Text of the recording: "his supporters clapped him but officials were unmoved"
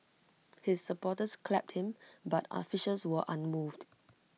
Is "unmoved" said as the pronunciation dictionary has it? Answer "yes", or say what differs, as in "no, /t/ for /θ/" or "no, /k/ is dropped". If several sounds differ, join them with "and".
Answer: yes